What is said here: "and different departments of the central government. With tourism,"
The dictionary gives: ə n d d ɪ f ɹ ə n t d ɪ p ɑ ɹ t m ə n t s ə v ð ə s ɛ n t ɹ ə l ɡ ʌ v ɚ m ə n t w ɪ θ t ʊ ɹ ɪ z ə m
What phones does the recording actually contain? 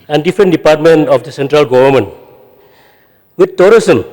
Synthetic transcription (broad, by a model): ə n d d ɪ f ɹ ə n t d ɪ p ɑ ɹ t m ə n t ə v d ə s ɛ n t ɹ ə l ɡ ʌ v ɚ m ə n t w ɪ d t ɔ ɹ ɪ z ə m